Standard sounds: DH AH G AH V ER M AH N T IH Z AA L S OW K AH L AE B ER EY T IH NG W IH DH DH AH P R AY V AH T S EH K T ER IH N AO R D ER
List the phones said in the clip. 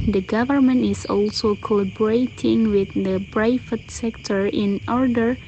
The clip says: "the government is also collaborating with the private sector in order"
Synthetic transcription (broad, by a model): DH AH G AH V ER M AH N T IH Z AA L S OW K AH L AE B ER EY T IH NG W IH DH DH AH B R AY F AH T S EH K T ER IH N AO R D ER